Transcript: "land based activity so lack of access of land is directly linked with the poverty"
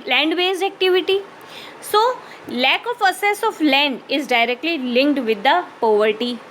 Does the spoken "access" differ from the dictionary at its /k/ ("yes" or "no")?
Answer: yes